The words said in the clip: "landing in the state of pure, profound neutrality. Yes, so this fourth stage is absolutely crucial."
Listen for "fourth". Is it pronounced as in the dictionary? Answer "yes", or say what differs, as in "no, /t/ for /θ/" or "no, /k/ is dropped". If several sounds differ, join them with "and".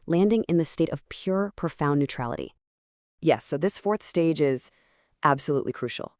yes